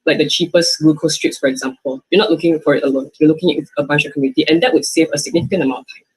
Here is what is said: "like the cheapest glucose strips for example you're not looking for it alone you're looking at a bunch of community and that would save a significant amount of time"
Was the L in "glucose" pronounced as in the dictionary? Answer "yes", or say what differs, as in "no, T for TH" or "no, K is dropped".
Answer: no, L is dropped